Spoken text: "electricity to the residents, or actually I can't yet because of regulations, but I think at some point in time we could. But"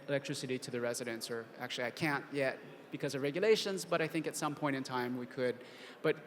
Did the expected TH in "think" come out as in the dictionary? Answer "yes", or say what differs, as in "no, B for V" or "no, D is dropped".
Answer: yes